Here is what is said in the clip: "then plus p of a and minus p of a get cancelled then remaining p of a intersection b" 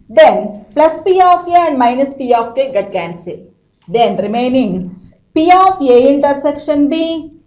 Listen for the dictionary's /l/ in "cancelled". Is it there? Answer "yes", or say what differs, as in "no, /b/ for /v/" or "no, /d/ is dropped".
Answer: no, /l/ is dropped